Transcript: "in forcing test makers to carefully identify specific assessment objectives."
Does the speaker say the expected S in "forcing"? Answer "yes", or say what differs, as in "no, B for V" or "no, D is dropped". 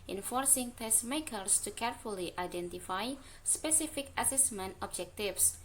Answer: yes